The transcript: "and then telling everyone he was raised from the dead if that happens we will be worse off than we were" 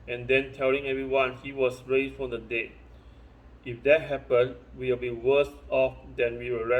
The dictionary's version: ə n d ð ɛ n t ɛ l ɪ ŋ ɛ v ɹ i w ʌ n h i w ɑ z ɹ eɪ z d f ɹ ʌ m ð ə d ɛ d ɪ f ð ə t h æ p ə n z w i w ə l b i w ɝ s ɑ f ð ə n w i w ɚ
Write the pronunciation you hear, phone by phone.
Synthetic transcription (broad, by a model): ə n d ɛ n t ɛ l ɪ ŋ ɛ v ɹ i w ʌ n h i w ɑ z ɹ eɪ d f ɹ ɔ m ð ə d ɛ ɪ f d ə t h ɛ p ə n w i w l b i w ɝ s ɑ f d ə n w i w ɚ